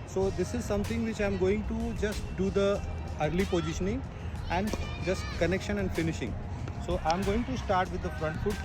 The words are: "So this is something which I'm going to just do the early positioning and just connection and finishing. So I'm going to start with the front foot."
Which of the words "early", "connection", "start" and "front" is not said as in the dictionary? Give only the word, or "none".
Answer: none